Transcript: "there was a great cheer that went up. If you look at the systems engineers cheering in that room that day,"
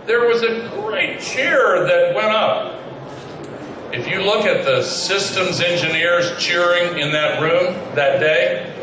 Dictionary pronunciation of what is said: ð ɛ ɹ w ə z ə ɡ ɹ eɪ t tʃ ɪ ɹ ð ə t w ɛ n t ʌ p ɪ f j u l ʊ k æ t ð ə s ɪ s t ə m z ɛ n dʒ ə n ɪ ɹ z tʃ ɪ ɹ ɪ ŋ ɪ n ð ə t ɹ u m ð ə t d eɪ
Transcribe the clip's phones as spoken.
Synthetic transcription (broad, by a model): ð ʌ ɹ w ə z ə ɡ ɹ eɪ t tʃ ɪ ɹ ð ə t w ɛ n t ʌ p ɪ f j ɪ l ʊ k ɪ t ð ə s ɪ s t ə m z ɛ n dʒ ə n ɪ ɹ z tʃ ɪ ɹ ɪ ŋ ɪ n ð ə t ɹ u m ð ə t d eɪ